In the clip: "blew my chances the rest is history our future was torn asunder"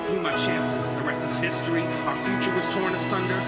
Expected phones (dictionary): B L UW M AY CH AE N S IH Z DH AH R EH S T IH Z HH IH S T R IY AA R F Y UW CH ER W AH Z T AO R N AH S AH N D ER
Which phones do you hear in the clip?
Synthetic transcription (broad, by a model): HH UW M AY CH AE N S IH Z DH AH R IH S IH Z HH IH S T R IY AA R F Y UW CH ER W AH Z T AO R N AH S AH N D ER